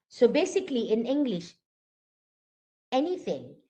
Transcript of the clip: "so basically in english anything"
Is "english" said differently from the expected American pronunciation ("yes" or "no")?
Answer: no